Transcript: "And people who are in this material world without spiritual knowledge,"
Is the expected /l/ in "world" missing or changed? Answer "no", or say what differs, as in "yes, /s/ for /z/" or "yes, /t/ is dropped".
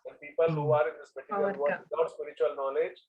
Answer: yes, /l/ is dropped